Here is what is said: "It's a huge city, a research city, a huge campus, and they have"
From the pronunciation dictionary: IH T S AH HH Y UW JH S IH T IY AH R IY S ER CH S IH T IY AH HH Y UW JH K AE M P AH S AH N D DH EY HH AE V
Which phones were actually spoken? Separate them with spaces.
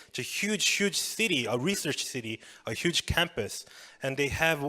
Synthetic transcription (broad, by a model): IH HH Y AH HH Y UW JH S IH T IY AH R IY S ER CH S IH T IY AH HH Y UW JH K AE M P AH S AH N DH EY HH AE V